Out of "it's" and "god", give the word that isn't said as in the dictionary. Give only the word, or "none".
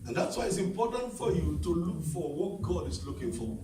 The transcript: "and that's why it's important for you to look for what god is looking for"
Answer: none